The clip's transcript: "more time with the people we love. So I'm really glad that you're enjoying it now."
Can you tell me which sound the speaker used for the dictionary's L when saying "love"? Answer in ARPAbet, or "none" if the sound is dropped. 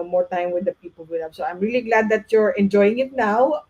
N